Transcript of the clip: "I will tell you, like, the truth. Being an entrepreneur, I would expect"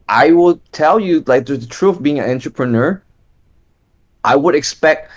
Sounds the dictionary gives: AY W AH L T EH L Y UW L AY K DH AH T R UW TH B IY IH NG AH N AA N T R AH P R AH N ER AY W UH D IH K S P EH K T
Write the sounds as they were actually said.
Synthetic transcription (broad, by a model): AY W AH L T EH L Y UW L AY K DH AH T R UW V B IY IH NG AH N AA N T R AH P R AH N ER AY W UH D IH K S P EH K T